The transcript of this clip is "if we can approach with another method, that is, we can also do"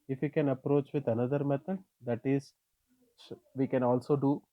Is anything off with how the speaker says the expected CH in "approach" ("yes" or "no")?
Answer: no